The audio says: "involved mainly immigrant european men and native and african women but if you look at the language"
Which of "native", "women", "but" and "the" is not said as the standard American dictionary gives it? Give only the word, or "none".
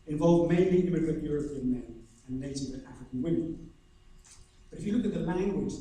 native